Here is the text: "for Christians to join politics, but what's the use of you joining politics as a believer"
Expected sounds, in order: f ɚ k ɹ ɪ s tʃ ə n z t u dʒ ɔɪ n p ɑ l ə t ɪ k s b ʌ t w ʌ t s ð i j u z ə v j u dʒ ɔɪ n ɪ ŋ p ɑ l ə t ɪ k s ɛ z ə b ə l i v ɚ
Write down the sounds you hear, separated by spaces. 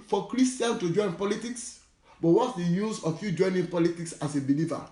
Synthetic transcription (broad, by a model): f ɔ k ɹ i s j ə n t u dʒ ɔɪ n p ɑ l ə t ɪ k s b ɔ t w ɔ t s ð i j u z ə f j u dʒ ɔɪ n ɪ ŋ p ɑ l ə t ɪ k s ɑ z ə b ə l i v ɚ